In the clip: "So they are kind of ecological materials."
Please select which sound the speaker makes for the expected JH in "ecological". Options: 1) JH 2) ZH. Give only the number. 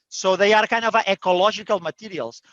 2